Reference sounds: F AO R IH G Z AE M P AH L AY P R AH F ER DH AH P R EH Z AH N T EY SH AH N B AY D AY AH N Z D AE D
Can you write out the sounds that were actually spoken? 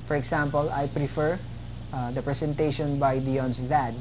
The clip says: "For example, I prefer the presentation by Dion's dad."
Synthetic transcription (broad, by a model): F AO R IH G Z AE M P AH L AY P R AH F ER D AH P R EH S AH N T EY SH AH N B AY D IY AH N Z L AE D